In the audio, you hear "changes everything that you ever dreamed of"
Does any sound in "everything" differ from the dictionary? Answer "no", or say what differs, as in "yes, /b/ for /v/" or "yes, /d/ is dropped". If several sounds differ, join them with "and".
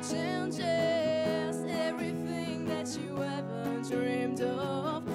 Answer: no